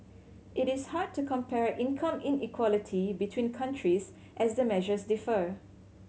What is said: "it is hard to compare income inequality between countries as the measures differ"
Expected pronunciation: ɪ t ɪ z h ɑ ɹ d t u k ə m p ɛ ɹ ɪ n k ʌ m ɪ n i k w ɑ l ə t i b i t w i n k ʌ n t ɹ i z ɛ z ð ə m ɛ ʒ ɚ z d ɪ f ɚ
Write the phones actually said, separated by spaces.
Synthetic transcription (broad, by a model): ɪ t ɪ s h ɑ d t u k ə m p ɛ ɹ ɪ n k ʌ m ɪ n i k w ɑ l ə t i b i t w i n k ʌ n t ɹ i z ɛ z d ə m ɛ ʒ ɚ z d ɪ f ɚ